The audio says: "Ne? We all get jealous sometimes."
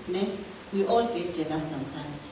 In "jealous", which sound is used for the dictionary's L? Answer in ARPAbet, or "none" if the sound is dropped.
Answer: N